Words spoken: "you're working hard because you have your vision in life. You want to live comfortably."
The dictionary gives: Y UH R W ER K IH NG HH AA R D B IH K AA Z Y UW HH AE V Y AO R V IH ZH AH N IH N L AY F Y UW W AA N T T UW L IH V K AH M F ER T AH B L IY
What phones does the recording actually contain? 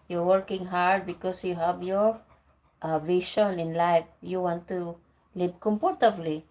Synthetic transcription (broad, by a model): Y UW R W ER K IH NG HH AA R D B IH K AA S Y UW HH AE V Y AO R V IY SH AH N IH N L AY F Y UW W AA N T T UW L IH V K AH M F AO T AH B L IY